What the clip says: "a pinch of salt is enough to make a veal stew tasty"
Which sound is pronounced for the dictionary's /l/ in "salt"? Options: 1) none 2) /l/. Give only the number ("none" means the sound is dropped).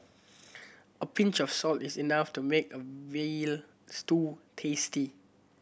2